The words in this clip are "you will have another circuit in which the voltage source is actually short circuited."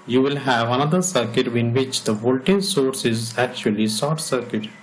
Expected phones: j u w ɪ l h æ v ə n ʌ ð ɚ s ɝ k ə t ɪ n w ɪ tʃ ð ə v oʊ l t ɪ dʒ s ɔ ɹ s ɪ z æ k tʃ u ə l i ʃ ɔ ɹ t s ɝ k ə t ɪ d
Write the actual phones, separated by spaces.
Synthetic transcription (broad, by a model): j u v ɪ l h æ v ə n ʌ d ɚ s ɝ k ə t ɪ n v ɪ tʃ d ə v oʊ l t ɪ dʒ s ɔ ɹ s ɪ z æ k tʃ u ə l i s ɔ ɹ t s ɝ k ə t